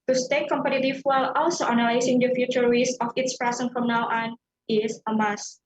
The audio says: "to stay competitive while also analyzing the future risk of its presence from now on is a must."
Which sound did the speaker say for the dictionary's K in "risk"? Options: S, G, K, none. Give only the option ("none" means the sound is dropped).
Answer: none